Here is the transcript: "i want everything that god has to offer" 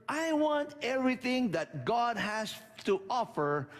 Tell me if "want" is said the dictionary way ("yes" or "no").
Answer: yes